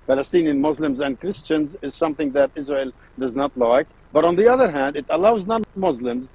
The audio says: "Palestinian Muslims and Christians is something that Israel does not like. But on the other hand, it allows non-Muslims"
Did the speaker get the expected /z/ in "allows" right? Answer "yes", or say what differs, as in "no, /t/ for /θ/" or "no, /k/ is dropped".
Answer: yes